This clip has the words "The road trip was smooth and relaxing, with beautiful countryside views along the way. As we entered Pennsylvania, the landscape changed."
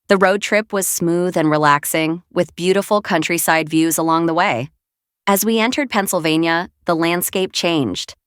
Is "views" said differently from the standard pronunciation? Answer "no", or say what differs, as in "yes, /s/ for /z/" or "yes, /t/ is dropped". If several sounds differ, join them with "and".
no